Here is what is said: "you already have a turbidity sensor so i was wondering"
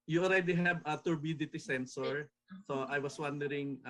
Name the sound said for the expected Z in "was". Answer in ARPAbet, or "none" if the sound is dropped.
S